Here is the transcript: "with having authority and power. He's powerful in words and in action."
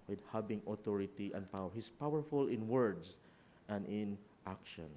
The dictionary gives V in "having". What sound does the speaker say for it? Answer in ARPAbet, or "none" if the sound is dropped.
B